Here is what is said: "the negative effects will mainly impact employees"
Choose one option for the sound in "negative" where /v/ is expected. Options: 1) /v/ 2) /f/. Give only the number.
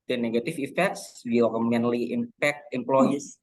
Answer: 2